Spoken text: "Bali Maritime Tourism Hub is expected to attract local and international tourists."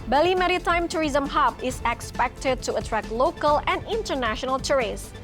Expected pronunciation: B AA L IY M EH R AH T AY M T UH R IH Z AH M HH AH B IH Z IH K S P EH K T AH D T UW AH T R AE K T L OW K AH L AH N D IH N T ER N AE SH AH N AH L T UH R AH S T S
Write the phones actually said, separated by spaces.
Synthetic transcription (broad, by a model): B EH L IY M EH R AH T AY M T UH R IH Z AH M HH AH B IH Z IH K S P EH K T AH D T UW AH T R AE K L OW K AH L AH N D IH N T ER N AE SH AH N AH L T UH R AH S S